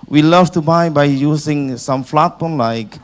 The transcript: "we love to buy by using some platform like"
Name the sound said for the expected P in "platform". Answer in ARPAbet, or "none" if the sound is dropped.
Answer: F